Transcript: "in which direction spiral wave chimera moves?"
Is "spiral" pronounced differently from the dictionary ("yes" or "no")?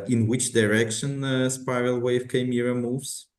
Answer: yes